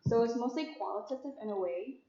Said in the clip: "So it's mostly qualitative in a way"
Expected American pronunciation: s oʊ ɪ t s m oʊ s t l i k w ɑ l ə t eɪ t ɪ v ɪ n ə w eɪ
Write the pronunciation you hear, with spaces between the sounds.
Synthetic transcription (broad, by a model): s oʊ ɪ t s m oʊ s t l i k w ɑ l ə t eɪ t ɪ v ɪ n ə w eɪ